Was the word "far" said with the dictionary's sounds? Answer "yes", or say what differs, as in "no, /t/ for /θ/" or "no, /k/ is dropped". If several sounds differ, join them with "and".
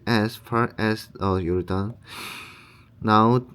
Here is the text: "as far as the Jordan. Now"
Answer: yes